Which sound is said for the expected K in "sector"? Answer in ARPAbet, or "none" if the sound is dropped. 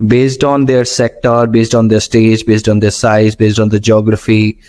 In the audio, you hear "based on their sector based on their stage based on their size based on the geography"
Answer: K